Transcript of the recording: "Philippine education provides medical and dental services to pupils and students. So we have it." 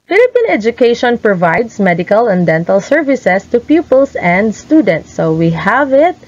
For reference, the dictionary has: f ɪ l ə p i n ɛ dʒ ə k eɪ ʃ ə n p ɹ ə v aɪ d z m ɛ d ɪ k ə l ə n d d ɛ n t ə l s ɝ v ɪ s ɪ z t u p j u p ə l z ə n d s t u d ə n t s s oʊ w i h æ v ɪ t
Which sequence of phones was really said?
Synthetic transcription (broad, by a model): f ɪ l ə p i n ɛ dʒ ə k eɪ ʃ ə n p ɹ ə v aɪ d s m ɛ d ɪ k ə l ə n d d ɛ n t ə l s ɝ v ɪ s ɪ s t u p j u p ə l s ə n d s t u d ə n t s s oʊ w i h æ v ɪ t